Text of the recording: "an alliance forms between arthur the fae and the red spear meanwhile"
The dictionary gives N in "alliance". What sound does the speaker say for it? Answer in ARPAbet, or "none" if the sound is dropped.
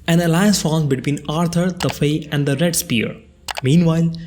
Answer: none